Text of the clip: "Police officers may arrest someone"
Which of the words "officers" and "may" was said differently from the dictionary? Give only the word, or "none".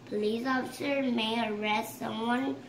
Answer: officers